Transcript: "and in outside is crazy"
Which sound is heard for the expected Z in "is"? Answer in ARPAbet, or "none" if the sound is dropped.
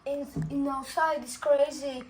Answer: S